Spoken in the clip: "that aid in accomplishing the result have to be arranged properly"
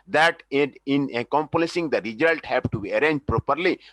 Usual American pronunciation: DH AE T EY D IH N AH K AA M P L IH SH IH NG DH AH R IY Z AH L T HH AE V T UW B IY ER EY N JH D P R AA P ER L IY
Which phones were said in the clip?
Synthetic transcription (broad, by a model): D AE T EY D IH N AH K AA M P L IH S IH NG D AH R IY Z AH L T HH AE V T UW B IY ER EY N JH P R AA P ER L IY